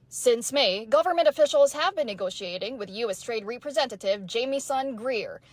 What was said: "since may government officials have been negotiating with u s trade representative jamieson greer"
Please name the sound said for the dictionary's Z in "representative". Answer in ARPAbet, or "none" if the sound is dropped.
Z